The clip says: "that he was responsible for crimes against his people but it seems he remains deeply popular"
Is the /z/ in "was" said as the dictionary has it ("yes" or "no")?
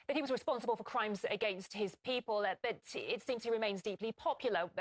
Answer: yes